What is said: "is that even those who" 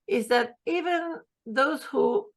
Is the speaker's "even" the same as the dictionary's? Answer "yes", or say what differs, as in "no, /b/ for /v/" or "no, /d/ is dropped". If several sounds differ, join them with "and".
yes